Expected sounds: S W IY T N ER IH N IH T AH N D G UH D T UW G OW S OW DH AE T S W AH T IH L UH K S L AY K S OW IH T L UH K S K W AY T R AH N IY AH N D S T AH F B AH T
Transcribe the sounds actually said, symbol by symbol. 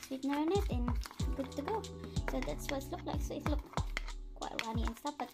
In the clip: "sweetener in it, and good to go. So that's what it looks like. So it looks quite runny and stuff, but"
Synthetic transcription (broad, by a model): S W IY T N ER IH N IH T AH N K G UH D T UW G OW S OW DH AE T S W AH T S L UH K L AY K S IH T L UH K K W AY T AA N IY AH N S T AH P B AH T